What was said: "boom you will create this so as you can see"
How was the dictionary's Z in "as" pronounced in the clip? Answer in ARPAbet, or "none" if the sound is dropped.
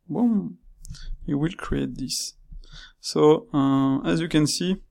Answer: Z